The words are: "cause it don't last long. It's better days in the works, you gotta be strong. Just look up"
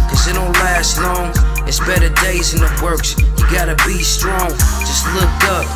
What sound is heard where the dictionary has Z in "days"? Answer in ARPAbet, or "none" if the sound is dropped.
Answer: Z